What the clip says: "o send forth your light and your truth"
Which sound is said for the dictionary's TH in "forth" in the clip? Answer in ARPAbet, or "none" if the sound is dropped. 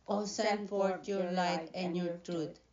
T